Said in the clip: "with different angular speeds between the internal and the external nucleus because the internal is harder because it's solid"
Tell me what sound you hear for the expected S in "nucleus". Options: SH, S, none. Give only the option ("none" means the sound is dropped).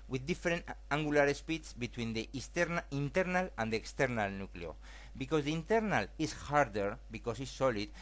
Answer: none